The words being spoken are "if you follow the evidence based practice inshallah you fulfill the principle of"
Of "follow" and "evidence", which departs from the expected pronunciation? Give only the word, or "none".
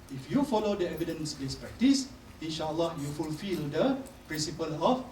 none